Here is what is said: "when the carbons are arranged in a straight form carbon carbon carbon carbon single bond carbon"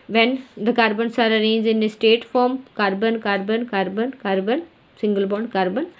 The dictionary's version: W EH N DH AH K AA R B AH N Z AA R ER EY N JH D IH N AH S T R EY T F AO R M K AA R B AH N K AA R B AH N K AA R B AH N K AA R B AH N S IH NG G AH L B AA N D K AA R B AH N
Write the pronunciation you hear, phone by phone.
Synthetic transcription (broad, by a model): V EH N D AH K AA R B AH N S AA R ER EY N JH IH N AH S T EY T F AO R M K AA R B AH N K AA R B AH N K AA R B AH N K AA R B AH N S IH NG G AH L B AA N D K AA R B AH N